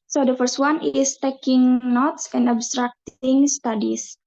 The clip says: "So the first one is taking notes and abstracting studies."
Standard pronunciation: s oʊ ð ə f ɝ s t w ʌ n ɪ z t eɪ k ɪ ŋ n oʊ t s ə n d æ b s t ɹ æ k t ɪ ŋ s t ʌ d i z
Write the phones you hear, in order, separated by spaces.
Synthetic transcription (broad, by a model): s oʊ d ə f ɝ s t w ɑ n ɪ s t eɪ k ɪ ŋ n oʊ t s ə n d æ b s t ɹ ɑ k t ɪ ŋ s t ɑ d i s